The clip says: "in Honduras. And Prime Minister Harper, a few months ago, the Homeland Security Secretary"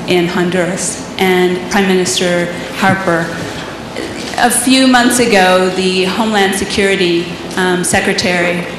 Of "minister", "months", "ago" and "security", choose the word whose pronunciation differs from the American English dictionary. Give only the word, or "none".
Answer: none